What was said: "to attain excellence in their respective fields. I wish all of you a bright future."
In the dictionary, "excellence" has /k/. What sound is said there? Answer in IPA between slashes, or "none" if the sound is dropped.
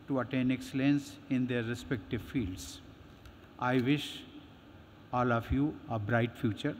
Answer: /k/